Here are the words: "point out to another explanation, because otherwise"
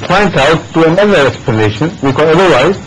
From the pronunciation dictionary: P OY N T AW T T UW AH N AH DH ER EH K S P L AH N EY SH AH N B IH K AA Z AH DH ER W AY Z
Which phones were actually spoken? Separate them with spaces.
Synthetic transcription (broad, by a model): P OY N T AW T T UW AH N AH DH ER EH K S P AH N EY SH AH N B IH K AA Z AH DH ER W AY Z